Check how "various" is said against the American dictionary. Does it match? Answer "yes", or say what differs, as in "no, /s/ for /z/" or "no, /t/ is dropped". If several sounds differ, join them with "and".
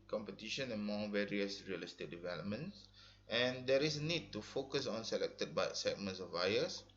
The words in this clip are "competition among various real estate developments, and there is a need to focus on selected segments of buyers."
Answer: yes